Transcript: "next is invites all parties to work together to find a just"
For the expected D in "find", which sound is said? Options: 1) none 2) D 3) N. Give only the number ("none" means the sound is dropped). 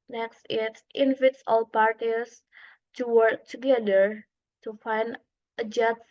2